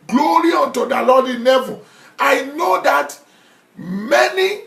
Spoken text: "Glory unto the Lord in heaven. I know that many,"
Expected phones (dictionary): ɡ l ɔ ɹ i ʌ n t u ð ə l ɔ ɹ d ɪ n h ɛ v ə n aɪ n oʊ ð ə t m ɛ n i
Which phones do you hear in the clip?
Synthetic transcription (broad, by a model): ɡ l ɔ ɹ i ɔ n t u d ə l ɔ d ɪ n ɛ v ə aɪ n oʊ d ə t m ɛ n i